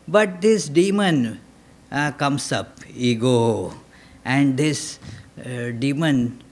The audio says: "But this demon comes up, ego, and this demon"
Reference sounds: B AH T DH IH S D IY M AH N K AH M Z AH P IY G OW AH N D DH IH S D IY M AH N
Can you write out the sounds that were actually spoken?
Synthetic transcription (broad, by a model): B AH T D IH S D IY M AH N K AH M S AH P IY G OW AH N D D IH S D IY M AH N